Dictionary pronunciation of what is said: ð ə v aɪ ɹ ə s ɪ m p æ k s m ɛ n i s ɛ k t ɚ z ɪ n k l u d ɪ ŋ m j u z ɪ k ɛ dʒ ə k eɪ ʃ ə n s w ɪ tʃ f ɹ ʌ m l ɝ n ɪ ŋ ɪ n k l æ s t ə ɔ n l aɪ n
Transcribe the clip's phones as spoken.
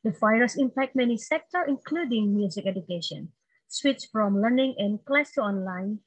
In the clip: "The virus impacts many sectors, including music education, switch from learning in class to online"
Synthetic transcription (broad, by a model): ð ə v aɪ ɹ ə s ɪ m p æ k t m ɛ n i s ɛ k t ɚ ɪ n k l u d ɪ ŋ m j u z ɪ k ɛ dʒ ə k eɪ ʃ ə n s w ɪ tʃ f ɹ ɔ m l ɝ n ɪ ŋ ɪ n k l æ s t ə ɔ n l aɪ n